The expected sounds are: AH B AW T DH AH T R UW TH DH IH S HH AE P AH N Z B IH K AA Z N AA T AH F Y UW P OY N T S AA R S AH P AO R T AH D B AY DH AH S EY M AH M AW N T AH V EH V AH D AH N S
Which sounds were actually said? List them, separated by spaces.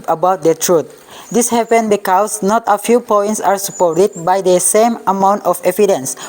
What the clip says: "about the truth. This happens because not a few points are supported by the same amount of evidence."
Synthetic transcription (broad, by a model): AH B AW T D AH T R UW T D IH S HH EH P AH N B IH K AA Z N AA T AH F Y UW P OY N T S AA R S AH P AO R T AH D B AY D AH S EY M AH M AW N T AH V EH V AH D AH N S